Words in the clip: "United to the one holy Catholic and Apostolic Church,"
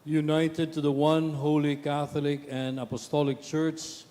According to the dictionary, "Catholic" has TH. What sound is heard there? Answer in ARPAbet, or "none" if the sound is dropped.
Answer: TH